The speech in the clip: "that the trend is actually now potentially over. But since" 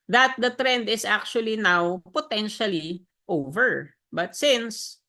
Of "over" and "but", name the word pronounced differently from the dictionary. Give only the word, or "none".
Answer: none